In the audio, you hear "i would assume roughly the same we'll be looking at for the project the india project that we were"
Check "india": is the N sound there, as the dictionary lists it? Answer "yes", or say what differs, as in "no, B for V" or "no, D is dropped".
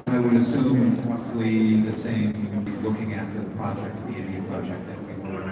no, N is dropped